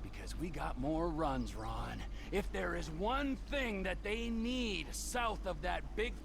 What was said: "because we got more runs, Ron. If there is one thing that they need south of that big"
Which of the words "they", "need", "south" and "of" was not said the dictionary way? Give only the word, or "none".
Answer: none